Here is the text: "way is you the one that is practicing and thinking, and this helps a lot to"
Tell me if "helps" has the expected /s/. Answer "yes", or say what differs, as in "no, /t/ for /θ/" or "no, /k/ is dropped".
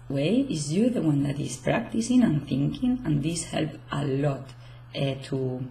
no, /s/ is dropped